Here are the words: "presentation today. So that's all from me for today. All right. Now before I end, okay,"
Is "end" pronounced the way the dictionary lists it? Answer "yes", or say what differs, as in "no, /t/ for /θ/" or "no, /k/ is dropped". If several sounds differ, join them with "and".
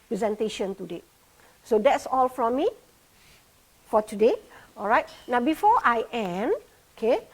no, /d/ is dropped